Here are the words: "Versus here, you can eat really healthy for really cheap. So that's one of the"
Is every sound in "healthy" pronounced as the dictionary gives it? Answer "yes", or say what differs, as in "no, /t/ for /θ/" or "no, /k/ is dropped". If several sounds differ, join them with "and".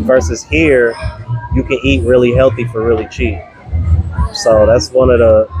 yes